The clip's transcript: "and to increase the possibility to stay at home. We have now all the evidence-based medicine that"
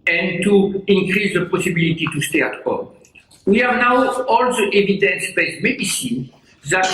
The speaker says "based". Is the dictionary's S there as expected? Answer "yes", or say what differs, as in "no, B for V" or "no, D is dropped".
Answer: no, S is dropped